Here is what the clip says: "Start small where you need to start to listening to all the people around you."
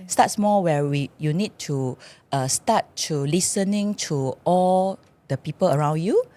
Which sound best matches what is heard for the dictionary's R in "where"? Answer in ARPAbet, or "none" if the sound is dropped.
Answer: W